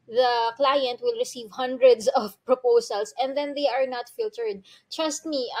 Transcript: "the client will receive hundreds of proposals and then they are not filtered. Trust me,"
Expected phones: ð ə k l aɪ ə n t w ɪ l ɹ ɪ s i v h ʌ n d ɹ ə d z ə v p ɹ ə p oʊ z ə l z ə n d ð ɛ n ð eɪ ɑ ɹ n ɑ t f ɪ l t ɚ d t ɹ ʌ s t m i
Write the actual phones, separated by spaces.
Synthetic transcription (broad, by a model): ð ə k l aɪ ə n t w ɪ l ɹ ɪ s i v h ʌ n d ɹ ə d s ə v p ɹ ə p oʊ s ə l s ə n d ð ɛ n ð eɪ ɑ ɹ n ɑ t f ɪ l t ɚ d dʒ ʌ s t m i